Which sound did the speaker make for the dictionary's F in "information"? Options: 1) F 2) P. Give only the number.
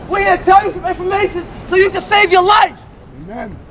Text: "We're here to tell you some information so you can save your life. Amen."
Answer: 1